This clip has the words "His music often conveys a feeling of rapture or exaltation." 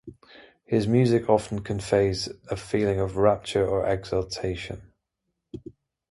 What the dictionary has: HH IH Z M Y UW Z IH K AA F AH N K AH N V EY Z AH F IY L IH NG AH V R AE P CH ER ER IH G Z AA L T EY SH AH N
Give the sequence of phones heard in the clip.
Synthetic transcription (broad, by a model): HH IH Z M Y UW Z IH K AA F AH N K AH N F EY Z AH F IY L IH NG AH V R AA P CH ER ER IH G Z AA L T EY SH AH N